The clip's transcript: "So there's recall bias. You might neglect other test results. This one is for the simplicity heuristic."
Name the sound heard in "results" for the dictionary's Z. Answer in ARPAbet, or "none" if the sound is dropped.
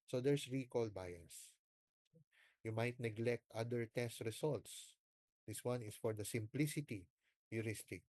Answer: S